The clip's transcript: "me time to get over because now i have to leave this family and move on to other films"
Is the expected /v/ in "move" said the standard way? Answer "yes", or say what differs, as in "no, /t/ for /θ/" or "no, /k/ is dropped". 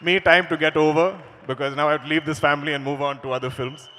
yes